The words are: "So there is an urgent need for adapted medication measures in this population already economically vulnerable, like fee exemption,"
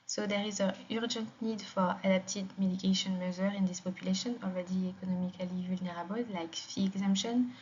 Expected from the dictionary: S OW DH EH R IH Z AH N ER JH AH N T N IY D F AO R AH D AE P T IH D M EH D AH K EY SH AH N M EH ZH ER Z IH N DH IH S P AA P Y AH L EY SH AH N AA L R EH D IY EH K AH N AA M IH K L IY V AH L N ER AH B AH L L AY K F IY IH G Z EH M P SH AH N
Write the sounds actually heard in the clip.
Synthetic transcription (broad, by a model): S OW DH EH R IH Z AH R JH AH N T N IY D F AO R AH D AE P T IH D M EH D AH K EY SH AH N M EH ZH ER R IH N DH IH S P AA P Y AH L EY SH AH N AA L R EH D IY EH K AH N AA M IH K L IY V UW L N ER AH B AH L L AY K F IY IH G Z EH M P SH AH N